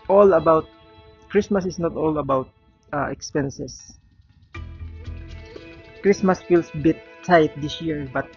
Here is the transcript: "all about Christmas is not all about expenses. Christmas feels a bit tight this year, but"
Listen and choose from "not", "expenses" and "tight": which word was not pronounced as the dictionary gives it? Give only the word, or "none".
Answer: expenses